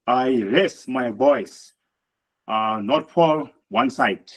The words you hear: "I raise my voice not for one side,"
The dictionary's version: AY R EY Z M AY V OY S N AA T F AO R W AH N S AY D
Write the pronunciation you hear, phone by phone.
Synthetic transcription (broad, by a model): AY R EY S M AY B OY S N AA T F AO L W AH N S AY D